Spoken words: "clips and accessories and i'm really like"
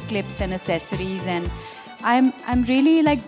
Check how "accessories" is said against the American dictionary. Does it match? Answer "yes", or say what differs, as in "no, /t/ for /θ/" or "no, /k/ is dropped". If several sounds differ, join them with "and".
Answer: no, /k/ is dropped